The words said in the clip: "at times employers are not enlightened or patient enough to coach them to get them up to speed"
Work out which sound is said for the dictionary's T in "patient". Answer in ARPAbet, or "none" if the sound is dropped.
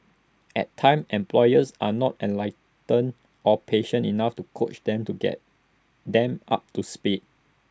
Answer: none